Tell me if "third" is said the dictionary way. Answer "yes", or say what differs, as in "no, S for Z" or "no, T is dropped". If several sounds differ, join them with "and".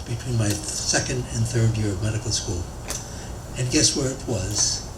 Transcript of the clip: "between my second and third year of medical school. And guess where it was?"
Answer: yes